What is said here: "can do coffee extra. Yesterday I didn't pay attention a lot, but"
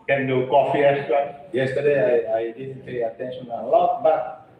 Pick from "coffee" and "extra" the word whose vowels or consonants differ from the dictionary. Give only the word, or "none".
extra